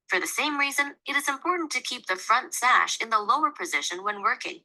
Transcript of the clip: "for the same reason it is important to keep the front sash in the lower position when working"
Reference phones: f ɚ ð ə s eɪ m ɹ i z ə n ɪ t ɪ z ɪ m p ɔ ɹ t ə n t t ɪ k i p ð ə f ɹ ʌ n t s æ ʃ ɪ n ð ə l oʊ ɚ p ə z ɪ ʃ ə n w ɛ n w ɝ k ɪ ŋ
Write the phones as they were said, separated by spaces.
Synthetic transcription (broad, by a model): f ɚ ð ə s eɪ m ɹ i z ə n ɪ t ɪ z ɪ m p ɔ ɹ t n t t ɪ k i p ð ə f ɹ ʌ n t s æ ʃ ɪ n ð ə l oʊ ɚ p ə z ɪ ʃ ə n w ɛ n w ɝ k ɪ ŋ